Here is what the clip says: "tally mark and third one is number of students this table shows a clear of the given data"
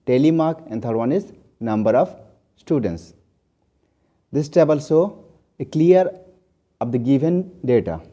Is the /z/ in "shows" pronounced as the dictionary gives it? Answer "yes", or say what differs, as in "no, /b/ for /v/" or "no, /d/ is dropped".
no, /z/ is dropped